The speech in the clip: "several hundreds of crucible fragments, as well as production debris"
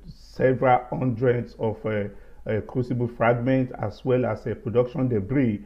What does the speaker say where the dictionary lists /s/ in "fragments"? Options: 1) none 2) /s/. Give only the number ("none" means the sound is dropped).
1